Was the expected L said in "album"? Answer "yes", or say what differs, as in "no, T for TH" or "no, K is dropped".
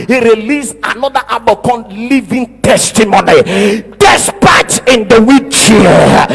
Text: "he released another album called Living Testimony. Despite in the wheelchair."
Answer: no, L is dropped